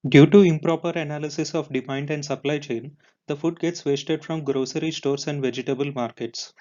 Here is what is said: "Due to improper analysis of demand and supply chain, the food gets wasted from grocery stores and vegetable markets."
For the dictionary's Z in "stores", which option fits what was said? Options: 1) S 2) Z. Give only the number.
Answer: 1